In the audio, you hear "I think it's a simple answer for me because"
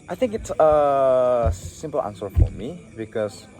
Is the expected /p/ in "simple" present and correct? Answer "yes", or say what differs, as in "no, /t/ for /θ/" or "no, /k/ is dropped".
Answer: yes